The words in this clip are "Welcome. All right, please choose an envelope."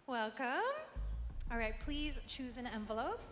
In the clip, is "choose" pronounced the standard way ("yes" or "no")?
yes